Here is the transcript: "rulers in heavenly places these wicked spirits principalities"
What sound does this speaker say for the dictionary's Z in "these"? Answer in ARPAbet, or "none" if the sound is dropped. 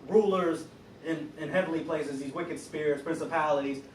Z